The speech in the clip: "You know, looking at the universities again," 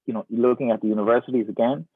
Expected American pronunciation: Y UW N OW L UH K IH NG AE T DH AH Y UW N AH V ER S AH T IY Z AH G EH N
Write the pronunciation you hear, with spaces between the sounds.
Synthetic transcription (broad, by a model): Y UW N OW L UH K IH NG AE T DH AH Y UW N AH V ER S AH T IY Z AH G EH N